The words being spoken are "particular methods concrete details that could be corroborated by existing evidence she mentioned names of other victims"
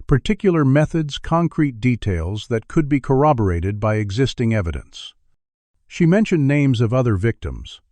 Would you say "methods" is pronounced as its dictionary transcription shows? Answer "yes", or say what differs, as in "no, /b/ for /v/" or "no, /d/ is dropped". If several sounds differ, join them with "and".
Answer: yes